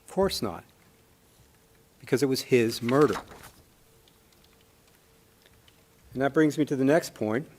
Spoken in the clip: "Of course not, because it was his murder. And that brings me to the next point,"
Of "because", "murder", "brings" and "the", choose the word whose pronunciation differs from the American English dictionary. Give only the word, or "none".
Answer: none